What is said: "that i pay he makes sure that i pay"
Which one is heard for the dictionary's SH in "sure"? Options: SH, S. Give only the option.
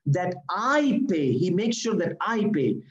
SH